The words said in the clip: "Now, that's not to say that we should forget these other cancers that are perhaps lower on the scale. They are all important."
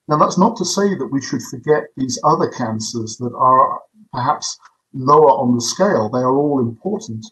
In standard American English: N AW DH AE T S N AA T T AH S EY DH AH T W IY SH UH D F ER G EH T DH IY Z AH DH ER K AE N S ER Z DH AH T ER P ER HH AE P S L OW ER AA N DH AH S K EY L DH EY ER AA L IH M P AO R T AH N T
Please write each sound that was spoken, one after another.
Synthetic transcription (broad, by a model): N AW DH AE T S N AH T T AH S EY DH AH T W IY SH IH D F ER G EH T DH IY Z AH DH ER K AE N S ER Z DH AH T ER P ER HH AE P S L OW ER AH N DH AH S K EY L DH EY ER AA L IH M P AO R T N T